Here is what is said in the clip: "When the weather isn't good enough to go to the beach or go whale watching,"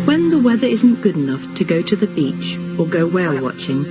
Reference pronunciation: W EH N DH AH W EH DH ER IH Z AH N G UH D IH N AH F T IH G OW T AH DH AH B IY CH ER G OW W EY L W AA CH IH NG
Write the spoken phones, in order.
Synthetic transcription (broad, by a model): W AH N DH AH W EH DH ER IH Z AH N G UH D IH N AH F T IH G OW T AH DH AH B IY CH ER G OW W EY L W AA CH IH NG